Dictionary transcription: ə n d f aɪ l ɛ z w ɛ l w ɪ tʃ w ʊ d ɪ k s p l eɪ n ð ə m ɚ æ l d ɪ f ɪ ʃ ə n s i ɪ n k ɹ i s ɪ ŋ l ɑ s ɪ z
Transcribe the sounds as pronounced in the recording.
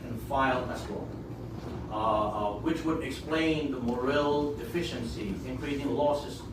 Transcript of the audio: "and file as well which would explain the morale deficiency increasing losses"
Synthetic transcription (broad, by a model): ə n f aɪ l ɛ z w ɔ w ɪ tʃ w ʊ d ɪ k s p l eɪ n ð ə m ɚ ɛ l d ɪ f ɪ ʃ ə n s i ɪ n k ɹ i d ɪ ŋ l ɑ s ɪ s